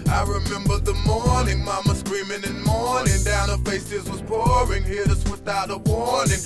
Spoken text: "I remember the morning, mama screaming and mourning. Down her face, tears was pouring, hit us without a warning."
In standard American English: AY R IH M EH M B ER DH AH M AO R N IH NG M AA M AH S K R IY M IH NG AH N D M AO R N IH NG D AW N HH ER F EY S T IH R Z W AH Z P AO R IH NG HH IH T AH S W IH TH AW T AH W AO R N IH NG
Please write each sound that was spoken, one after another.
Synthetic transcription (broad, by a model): AY R IH M EH M B ER DH AH M AO R N IH NG M AA M AH S K R IY M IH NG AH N M AO R N IH NG D AW N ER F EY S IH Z W AH Z P AO R IH NG HH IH AH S W IH TH AW T AH W AO R N IH NG